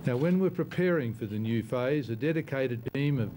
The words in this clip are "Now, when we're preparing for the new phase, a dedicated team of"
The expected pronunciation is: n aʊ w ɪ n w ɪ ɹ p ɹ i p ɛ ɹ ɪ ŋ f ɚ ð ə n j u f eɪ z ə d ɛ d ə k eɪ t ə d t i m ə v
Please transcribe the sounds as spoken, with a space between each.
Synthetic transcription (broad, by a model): n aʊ w ɪ n w ɪ ɹ p ɹ i p ɛ ɹ ɪ ŋ f ɚ ð ə n j u f eɪ z ə d ɛ d ə k eɪ t ə d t i m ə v